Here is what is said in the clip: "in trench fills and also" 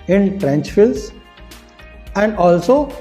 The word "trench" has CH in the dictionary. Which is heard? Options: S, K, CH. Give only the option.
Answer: CH